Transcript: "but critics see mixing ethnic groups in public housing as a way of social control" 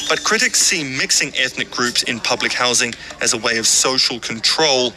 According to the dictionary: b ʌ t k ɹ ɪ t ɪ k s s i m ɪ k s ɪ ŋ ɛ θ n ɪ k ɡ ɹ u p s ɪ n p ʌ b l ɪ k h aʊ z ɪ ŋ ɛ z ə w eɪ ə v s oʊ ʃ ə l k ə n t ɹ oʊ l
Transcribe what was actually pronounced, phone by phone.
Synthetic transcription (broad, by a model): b ʌ t k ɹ ɪ t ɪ k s s i m ɪ k s ɪ ŋ ɛ θ n ɪ k ɡ ɹ u p s ɪ n p ʌ b l ɪ k h aʊ z ɪ ŋ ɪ z ə w eɪ ə v s oʊ ʃ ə l k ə n t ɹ oʊ l